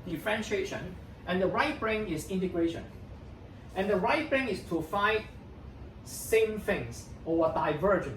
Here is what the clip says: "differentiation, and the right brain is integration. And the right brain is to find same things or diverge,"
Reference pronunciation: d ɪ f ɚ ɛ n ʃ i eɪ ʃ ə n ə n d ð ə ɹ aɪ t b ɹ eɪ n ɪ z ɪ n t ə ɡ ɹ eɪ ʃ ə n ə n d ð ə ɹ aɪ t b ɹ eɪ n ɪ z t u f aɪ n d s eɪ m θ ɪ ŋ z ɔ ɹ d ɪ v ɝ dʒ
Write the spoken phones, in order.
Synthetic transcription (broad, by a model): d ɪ f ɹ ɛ n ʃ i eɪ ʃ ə n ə n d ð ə ɹ aɪ t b ɹ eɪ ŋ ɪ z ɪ n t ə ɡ ɹ eɪ ʃ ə n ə n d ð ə ɹ aɪ t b ɹ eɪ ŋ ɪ s t u f aɪ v s eɪ m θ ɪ ŋ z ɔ w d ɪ v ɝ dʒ